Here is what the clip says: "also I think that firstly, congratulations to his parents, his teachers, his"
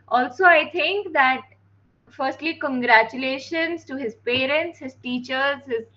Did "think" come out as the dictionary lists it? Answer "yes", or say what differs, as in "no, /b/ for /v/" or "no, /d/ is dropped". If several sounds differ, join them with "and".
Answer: no, /t/ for /θ/